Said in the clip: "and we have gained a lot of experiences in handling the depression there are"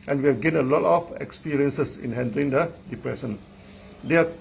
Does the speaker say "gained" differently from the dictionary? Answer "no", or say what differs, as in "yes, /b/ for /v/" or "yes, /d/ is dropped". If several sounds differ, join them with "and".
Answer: yes, /d/ is dropped